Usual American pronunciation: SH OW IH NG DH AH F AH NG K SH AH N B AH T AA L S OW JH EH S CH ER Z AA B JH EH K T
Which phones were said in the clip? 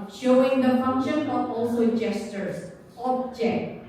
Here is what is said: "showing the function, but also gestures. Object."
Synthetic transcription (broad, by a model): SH OW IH NG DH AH F AH NG K SH AH N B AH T AA L S OW JH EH S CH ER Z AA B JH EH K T